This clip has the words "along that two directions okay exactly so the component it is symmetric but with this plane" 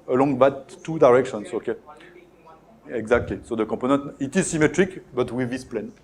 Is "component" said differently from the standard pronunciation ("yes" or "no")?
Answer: yes